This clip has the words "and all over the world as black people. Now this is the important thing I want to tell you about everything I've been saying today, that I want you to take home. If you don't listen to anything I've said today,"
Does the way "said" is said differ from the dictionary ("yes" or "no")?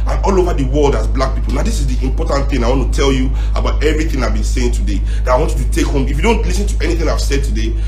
no